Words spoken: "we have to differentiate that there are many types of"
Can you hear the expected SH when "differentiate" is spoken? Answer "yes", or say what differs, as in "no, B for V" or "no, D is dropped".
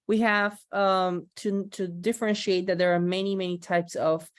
yes